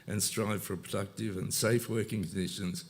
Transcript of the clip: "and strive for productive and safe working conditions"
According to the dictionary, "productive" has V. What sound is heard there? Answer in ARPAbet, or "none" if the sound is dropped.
V